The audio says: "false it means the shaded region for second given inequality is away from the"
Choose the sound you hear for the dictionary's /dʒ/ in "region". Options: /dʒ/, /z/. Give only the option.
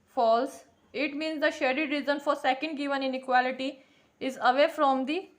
/z/